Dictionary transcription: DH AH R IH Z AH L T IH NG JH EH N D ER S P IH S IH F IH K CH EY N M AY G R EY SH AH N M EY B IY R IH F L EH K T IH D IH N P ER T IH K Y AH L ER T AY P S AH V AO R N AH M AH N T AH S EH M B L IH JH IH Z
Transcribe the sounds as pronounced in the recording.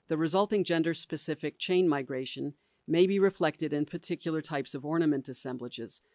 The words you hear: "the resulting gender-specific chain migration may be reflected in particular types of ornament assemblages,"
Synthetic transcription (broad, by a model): DH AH R IH Z AH L T IH NG JH EH N D ER S P IH S IH F IH K CH EY N M AY G R EY SH AH N M EY B IY R IH F L EH K T IH D IH N P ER T IH K Y L ER T AY P S AH V AO R N AH M AH N T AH S EH M B L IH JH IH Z